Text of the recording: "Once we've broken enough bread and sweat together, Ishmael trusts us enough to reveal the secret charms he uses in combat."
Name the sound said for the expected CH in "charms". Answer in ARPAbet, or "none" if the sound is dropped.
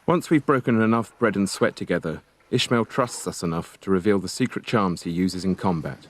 CH